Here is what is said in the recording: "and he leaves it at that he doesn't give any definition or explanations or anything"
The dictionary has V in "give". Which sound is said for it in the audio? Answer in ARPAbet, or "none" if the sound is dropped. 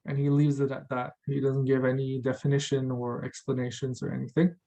V